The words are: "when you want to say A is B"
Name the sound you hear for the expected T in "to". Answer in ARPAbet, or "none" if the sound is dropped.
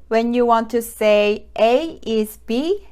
S